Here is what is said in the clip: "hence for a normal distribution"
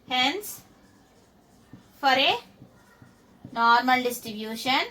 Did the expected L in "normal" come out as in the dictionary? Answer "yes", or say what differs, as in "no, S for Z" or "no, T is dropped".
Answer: yes